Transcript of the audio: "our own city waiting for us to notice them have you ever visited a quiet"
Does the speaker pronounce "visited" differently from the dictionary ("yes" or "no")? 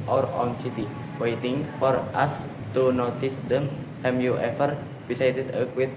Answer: yes